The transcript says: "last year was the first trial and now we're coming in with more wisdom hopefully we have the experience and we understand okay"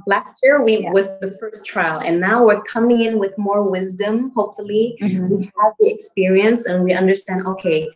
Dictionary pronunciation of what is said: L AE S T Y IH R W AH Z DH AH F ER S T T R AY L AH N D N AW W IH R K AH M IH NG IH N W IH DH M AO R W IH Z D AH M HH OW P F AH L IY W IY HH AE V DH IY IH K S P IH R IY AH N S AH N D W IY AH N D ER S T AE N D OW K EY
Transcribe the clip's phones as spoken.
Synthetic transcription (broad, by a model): L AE S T Y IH R W AH Z DH AH F ER S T T R AY L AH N N AW W IH R K AH M IH NG IH N W IH DH M AO R W IH Z D AH M HH OW P F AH L IY W IY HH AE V DH IY IH K S P IH R IY AH N S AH N W IY AH N D ER S T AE N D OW K EY